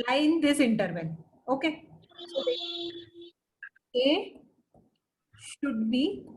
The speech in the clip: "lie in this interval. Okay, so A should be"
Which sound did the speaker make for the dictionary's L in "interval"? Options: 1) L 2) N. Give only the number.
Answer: 2